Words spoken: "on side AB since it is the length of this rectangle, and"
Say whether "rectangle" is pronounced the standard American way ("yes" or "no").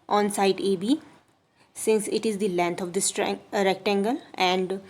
yes